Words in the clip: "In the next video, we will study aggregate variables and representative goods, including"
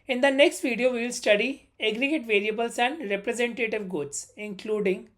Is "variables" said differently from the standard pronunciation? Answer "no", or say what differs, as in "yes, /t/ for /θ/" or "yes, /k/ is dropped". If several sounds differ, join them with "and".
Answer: yes, /l/ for /ɹ/